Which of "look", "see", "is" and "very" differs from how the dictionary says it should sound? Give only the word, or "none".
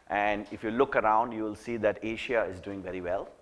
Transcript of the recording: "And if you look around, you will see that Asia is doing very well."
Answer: none